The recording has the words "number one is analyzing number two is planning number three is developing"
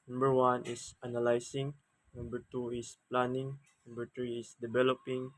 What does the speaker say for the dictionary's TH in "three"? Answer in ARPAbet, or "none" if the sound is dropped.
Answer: T